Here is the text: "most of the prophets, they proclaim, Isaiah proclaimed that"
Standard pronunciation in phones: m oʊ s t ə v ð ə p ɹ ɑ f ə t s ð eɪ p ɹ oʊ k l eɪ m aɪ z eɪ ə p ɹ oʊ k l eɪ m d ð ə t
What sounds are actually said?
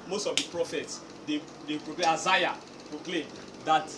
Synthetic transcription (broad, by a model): m oʊ s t ə v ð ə p ɹ ɑ f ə t s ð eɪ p ɹ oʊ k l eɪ aɪ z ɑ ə p ɹ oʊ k l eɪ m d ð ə t